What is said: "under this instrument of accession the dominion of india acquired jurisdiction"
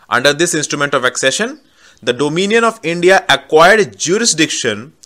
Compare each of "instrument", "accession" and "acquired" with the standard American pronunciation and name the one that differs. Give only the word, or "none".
none